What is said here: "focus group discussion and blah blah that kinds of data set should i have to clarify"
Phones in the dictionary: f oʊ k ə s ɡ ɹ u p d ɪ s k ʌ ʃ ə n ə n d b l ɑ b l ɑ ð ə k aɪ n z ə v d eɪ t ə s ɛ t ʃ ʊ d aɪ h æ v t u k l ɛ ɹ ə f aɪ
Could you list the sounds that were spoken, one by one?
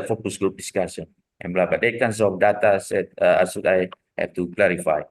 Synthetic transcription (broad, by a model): f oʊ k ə s ɡ ɹ u p d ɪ s k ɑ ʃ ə n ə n b l ɑ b ɑ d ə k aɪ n s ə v d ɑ t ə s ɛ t s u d aɪ h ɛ f t u k l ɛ ɹ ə f aɪ